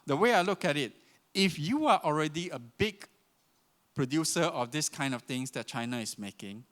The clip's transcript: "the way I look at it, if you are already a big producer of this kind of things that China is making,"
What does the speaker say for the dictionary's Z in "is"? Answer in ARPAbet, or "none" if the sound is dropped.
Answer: S